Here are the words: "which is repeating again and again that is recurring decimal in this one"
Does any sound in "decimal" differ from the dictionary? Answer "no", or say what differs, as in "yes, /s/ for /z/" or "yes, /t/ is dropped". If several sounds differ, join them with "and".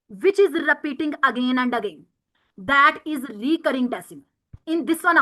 yes, /m/ is dropped